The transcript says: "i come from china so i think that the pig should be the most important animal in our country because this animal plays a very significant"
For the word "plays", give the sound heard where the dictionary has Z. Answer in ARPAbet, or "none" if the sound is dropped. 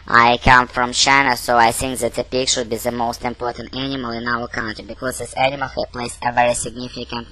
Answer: S